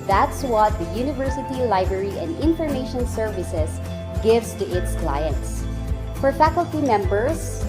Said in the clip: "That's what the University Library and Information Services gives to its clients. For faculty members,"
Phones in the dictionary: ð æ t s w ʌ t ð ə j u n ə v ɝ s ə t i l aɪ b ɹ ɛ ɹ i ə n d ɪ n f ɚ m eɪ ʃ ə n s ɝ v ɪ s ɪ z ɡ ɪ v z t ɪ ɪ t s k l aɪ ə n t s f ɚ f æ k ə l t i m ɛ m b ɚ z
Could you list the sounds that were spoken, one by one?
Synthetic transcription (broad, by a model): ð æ t s w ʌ t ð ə j u n ə v ɝ s ə t i l aɪ b ɹ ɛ ɹ i ə n d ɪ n f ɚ m eɪ ʃ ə n s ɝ v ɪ s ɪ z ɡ ɪ v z t ɪ ɪ t s k l aɪ ə n t s f ɚ f æ k ə l t i m ɛ m b ɚ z